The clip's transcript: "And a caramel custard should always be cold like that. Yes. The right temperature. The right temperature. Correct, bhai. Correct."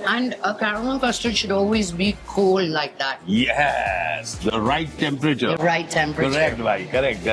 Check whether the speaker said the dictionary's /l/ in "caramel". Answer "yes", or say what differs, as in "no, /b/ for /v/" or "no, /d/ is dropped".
no, /n/ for /l/